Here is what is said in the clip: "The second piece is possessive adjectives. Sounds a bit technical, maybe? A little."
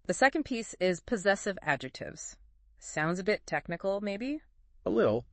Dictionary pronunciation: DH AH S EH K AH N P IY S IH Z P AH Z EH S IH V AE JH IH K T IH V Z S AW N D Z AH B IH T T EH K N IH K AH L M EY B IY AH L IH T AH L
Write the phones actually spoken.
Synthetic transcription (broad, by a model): DH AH S EH K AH N P IY S IH Z P AH Z EH S IH V AE JH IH K T IH V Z S AW N D Z AH B IH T T EH K N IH K L M EY B IY AH L IH T L